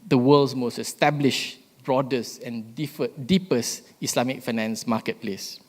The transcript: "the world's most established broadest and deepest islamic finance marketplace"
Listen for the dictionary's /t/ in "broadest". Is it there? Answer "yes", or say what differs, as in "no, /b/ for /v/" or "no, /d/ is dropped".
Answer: no, /t/ is dropped